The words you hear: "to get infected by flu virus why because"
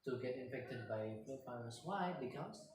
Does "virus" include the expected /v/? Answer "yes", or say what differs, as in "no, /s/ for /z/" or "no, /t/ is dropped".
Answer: no, /f/ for /v/